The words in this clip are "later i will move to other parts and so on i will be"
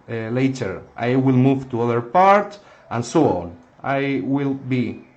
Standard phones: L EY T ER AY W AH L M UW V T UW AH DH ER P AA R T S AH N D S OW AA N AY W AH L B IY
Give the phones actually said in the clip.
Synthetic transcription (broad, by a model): L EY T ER AY W AH L M UW V T UW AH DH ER P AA R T AH N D S OW AA N AY W AH L B IY